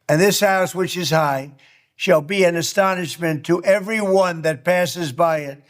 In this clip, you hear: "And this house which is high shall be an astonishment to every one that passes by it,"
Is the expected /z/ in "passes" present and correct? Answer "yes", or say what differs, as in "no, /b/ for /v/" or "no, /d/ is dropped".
yes